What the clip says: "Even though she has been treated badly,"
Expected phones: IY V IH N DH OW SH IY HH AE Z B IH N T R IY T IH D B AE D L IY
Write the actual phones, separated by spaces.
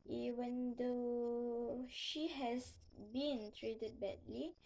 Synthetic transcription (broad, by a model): IY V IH N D OW SH IY HH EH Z B IH N T R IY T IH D B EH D L IY